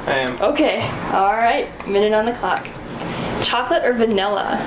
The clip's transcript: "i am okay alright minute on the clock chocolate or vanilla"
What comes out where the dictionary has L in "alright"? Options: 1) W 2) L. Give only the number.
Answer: 2